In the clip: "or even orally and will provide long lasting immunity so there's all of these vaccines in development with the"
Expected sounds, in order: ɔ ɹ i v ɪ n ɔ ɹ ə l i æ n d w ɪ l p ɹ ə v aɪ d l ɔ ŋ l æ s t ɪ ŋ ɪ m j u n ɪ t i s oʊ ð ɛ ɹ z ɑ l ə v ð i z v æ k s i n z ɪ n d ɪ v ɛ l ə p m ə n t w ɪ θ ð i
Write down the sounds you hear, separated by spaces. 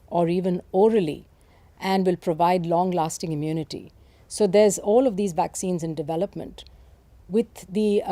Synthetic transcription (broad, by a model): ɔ ɹ i v ɪ n ɔ ɹ ə l i æ n d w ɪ l p ɹ ə v aɪ d l ɔ ŋ l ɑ s t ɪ ŋ ɪ m j u n ɪ t i s oʊ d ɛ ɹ z ɑ l ə v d i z v æ k s i n z ɪ n d ɪ v ɛ l ə p m ə n t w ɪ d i